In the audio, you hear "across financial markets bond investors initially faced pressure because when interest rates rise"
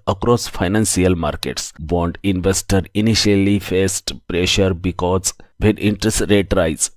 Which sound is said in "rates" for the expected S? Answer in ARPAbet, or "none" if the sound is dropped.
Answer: none